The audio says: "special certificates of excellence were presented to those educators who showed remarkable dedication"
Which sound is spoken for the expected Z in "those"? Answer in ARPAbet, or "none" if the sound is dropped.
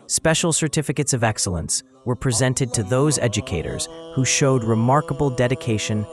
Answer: Z